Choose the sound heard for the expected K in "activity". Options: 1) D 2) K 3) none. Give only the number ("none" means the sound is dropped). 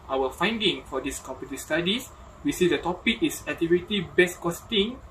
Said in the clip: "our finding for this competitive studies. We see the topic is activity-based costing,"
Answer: 3